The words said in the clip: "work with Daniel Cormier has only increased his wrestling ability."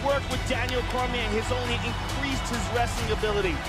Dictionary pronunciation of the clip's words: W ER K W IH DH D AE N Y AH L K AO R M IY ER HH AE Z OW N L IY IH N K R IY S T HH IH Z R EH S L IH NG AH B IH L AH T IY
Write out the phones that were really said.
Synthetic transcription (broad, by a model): W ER K W IH DH D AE N Y L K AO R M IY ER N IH Z OW N L IY IH N K R IY S T HH IH Z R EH S IH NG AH B IH L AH T IY